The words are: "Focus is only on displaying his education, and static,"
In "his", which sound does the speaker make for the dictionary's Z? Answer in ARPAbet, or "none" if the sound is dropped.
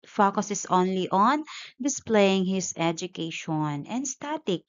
S